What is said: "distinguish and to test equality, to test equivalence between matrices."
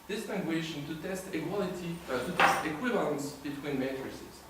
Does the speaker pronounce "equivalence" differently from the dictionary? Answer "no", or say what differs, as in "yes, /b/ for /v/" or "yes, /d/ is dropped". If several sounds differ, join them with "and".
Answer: no